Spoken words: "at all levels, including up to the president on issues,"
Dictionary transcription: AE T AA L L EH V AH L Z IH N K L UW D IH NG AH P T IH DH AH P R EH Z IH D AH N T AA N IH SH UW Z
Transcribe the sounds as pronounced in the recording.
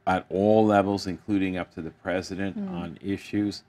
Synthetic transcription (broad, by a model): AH T AA L L EH V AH L Z IH N K L UW D IH NG AH P T IH DH AH P R EH Z IH D AH N T N IH SH UW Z